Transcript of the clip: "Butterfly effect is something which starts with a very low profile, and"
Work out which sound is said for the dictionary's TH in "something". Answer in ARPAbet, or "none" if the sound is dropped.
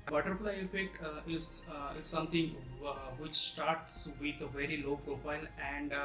T